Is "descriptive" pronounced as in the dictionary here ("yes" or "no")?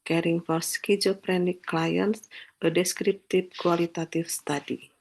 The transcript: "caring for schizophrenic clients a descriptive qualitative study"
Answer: no